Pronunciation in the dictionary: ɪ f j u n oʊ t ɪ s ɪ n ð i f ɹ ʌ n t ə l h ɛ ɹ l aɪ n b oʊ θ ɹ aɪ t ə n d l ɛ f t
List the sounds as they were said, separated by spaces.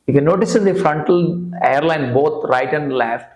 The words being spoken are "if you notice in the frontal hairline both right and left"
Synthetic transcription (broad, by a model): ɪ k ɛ n oʊ t ɪ s ɪ n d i f ɹ ʌ n t ə l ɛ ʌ ɹ l aɪ n b oʊ t ɹ aɪ t ə n d l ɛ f t